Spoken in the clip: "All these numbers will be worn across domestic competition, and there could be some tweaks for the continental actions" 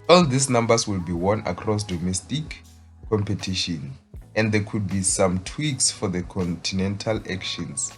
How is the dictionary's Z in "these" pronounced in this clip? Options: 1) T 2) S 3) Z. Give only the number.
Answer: 2